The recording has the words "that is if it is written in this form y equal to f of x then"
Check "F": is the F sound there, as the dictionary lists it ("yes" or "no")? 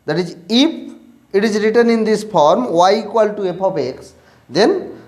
no